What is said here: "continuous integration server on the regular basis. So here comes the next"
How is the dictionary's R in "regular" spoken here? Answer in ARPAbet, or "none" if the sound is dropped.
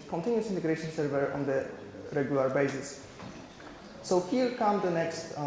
R